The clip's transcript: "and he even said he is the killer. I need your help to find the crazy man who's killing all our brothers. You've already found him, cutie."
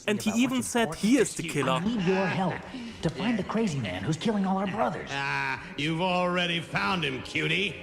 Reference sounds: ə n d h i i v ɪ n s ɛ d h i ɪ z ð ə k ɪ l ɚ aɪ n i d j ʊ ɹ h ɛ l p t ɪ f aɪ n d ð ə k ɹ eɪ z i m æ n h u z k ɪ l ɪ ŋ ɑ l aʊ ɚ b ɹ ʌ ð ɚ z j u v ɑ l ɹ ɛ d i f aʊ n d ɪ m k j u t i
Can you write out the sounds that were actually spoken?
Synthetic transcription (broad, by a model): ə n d h i i v ɪ n s ɛ d h i ɪ z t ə k ɪ l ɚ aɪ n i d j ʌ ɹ h ɛ l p t ɪ f aɪ n ð ə k ɹ eɪ z i m æ n h u z k ɪ l ɪ ŋ ɑ l aʊ ɚ b ɹ ʌ ð ɚ z j u v l ɹ ɛ d i f aʊ n d ɪ m k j u t i